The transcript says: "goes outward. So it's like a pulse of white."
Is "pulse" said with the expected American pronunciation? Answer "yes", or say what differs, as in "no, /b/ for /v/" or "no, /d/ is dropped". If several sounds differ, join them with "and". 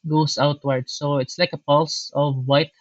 yes